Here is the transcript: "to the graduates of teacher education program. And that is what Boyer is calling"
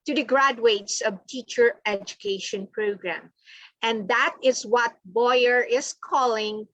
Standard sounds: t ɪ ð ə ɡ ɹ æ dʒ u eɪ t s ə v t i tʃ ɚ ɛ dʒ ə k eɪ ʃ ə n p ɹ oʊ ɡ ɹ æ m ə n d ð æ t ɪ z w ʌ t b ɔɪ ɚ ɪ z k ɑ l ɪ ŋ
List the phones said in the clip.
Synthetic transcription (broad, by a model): t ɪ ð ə ɡ ɹ æ dʒ u eɪ t s ə v t i tʃ ɚ ɛ dʒ ə k eɪ ʃ ə n p ɹ oʊ ɡ ɹ æ m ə n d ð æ t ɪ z w ʌ t b ɔɪ ɚ ɪ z k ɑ l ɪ ŋ